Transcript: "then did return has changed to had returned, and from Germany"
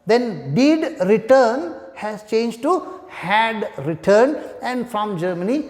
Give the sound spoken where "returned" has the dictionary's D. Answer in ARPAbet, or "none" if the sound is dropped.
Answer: none